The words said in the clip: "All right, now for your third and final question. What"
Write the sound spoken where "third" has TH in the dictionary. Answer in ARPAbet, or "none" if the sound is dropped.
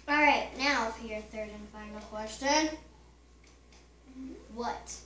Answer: TH